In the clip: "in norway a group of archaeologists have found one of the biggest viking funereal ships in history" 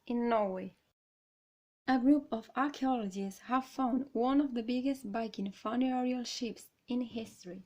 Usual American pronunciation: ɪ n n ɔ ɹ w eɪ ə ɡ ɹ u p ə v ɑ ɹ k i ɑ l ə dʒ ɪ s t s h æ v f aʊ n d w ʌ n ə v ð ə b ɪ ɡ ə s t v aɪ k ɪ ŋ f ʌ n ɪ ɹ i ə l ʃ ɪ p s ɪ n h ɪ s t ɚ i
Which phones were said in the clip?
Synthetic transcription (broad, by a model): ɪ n n ɔ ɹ w eɪ ə ɡ ɹ u p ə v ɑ ɹ k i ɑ l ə dʒ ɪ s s h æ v f aʊ n d w ʌ n ə v ð ə b ɪ ɡ ə s t b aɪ k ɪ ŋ f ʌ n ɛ ɹ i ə l ʃ ɪ p s ɪ n h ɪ s t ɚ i